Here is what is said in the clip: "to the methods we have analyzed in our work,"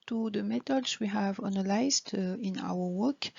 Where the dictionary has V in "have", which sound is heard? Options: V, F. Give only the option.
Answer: V